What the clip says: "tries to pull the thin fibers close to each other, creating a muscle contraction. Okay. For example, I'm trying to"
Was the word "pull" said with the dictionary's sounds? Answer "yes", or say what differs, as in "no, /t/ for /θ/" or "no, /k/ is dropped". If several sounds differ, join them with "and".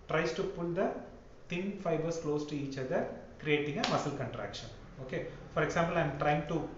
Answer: yes